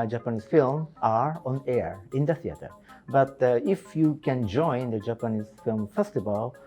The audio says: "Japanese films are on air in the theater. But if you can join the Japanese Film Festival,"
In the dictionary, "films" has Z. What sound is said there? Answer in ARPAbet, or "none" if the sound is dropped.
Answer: none